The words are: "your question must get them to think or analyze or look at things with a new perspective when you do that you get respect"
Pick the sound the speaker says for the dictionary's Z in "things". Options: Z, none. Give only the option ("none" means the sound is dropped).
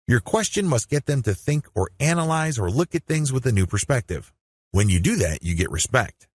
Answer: Z